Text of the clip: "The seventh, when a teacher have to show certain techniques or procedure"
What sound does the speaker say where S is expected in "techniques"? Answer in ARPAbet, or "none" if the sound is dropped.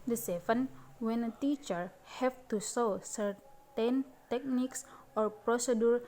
S